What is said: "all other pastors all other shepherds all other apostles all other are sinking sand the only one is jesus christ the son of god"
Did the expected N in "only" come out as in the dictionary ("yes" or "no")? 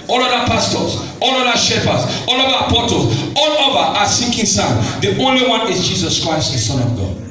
yes